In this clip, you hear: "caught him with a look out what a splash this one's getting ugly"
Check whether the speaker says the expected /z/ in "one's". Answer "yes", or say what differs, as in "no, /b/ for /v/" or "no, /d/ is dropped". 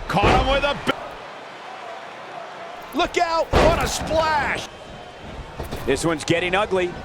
yes